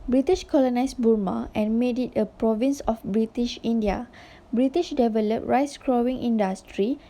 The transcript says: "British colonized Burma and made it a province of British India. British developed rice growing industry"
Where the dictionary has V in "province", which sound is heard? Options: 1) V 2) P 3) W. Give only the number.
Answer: 1